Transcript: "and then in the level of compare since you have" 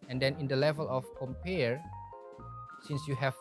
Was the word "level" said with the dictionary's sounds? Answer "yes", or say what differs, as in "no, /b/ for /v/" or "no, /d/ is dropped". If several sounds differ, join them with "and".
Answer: yes